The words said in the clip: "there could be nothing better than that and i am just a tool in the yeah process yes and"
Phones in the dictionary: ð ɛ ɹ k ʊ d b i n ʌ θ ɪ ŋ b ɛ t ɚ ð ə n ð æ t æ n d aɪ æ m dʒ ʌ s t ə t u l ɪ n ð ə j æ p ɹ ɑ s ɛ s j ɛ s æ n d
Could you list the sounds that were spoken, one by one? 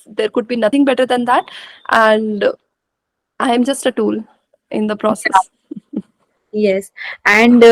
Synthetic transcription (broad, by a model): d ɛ ɹ k ʊ d b i n ʌ t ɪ ŋ b ɛ t ɚ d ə n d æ t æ n d aɪ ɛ m dʒ ʌ s t ə t u l ɪ n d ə p ɹ ɑ s ɛ s j ɛ s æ n d